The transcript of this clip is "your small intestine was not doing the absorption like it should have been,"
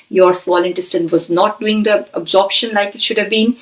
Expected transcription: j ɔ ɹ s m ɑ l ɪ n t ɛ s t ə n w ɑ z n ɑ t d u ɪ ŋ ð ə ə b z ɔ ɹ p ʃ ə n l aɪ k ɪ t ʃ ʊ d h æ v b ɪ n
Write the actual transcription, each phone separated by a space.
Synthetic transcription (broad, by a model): j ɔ ɹ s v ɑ l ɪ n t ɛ s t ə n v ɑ z n ɑ t d u ɪ ŋ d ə ə b z ɔ ɹ p ʃ ə n l aɪ k ɪ t ʃ ʊ d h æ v b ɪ n